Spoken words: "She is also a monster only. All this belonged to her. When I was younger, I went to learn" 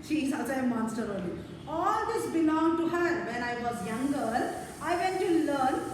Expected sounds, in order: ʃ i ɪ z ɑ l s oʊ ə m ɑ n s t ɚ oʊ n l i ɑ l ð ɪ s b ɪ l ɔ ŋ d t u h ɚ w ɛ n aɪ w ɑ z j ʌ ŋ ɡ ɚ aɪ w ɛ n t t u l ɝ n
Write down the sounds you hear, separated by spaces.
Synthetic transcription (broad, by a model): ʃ i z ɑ s ə m ɑ n s t ɚ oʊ l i ɑ l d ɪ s b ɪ l ɔ ŋ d t u h ɚ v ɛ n aɪ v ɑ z j ʌ ŋ ɡ ɚ aɪ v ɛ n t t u l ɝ n